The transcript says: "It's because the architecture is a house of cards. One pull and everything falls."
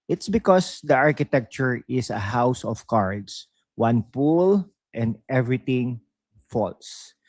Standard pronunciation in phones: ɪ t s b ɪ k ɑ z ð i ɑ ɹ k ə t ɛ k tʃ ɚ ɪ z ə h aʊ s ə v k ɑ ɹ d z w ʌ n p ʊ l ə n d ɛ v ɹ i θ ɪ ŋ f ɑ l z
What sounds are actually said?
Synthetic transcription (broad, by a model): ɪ t s b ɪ k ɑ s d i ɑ ɹ k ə t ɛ k tʃ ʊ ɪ s ə h aʊ s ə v k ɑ ɹ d s w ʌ n p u l ə n d ɛ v ɹ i t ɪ ŋ f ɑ l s